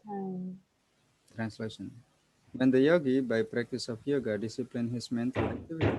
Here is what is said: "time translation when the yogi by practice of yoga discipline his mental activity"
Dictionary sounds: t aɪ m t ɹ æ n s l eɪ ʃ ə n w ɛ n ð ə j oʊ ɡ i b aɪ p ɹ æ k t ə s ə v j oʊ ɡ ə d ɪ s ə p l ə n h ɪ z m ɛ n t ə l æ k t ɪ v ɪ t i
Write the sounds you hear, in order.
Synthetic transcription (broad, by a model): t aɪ t ɹ æ n s l eɪ ʃ ə n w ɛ n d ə j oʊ ɡ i b aɪ p ɹ æ k t ə s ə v j oʊ ɡ ə d ɪ s ə p l ə n h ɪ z m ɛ n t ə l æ k t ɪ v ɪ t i